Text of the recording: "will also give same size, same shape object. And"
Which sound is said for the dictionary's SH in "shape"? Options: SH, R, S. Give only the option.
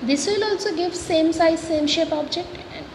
SH